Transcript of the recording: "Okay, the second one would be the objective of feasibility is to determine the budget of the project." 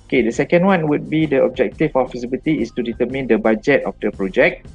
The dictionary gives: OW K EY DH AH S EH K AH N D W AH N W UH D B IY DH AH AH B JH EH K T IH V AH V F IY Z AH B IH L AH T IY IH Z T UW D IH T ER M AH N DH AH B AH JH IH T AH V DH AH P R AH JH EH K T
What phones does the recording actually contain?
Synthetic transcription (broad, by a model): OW K EY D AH S EH K AH N D W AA N W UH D B IY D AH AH B JH EH K T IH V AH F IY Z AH B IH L T IY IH S T UW D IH T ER M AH N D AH B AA JH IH T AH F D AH P R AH JH EH K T